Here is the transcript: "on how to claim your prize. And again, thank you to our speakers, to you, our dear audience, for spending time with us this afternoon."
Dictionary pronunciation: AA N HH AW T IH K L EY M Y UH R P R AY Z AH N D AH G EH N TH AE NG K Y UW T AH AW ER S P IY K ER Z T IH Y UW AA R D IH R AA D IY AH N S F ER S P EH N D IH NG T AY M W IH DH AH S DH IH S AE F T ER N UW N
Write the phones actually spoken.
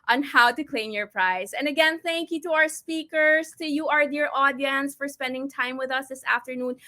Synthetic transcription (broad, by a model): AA N HH AW T IH K L EY M Y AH R P R AY Z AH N AH G EH N TH AE NG K Y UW T AH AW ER S P IY K ER Z T IH Y UW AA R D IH R AA D IY AH N S F ER S P EH N D IH NG T AY M W IH DH AH S DH IH S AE F T ER N UW N